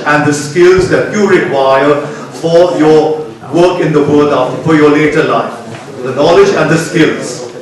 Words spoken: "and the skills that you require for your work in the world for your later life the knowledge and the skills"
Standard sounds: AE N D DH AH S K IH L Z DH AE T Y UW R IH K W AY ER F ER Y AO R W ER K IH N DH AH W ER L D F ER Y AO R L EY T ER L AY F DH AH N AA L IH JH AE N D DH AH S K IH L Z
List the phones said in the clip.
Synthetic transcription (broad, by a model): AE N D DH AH S K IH L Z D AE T Y UW R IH K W AY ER F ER Y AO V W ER K IH N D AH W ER D F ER Y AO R L EY T ER L AY F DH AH N AA L IH JH AE N D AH S K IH L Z